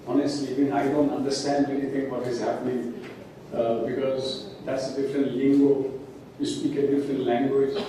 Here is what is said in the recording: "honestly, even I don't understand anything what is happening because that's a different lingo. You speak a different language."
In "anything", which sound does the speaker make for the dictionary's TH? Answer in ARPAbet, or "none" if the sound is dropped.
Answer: T